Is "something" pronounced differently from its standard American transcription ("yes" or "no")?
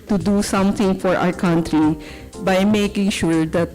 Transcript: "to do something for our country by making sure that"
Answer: yes